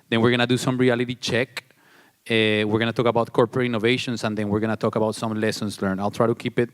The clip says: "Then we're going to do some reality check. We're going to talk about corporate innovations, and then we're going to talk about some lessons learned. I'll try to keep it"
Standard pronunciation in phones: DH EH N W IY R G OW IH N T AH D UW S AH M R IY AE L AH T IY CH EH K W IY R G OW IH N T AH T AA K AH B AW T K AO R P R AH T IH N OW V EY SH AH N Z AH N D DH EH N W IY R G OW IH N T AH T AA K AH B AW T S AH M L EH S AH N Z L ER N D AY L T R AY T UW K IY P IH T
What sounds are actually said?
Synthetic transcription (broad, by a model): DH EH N W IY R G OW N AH D UW S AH M R IY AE L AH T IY CH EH K W IY R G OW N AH T AA K AH B AW T K AO R P R AH T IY N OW V EY SH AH N S AH N D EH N W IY R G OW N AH T AA K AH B AW T S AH M L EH S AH N S L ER N AY L T R AY T UW K IY P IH T